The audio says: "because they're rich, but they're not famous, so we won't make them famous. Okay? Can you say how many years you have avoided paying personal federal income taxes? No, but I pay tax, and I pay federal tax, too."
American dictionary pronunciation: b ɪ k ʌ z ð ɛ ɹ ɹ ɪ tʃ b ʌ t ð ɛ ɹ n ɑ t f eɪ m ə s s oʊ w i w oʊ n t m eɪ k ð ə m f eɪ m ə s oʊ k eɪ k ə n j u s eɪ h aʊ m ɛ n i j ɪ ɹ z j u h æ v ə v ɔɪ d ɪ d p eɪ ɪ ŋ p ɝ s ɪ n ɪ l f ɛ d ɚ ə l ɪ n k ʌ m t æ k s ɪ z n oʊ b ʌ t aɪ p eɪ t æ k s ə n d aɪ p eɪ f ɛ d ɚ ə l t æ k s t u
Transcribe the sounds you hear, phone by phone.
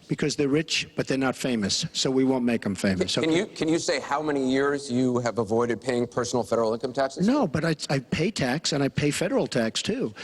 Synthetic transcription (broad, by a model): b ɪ k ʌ z ð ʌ ɹ ɹ ɪ tʃ b ʌ t ð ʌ ɹ n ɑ t f eɪ m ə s s oʊ w i w oʊ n m eɪ k ð ə m f eɪ m ə s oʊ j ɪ k ə n j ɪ s eɪ h aʊ m ɛ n i j ɪ ɹ z j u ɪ v ə v ɔɪ d ɪ d p eɪ ɪ ŋ p ɝ s n l f ɛ d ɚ l ɪ n k ʌ m t æ k s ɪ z n oʊ b ʌ t aɪ p eɪ t æ k s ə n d aɪ p eɪ f ɛ d ɚ l t æ k s t u